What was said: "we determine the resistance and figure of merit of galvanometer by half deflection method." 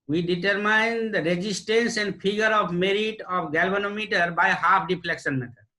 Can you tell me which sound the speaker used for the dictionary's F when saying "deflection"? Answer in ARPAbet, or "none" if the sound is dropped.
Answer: P